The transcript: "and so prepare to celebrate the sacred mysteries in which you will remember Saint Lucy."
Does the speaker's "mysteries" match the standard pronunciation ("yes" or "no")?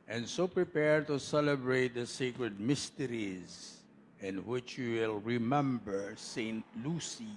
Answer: yes